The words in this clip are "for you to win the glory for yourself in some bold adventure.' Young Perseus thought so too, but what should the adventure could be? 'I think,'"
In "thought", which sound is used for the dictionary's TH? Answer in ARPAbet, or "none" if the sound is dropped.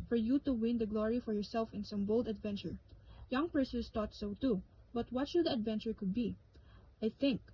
T